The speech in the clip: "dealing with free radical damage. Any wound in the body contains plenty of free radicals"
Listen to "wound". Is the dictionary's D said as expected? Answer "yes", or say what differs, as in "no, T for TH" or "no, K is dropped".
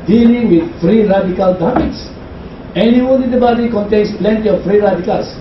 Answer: no, D is dropped